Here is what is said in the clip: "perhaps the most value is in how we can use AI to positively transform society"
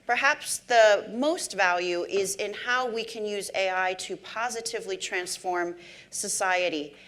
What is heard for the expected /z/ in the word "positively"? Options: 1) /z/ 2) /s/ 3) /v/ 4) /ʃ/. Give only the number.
1